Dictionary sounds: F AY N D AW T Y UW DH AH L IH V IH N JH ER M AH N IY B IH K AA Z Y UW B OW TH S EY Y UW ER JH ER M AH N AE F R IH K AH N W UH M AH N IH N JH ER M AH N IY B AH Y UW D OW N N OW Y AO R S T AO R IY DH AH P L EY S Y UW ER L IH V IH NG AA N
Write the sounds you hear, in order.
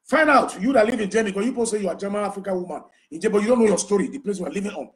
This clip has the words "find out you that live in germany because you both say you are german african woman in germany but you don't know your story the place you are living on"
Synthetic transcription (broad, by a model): F AY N D AW T Y UW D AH L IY V IH N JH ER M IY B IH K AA Y UW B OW S EY Y UW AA JH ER M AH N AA F R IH K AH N W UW M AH N IH N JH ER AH B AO Y UW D OW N N OW Y AO S T AO R IY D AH P L EY S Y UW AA L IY V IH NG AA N